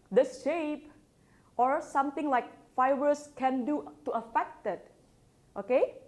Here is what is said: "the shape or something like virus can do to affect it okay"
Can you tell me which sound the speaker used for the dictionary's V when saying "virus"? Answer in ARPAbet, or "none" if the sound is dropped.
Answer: F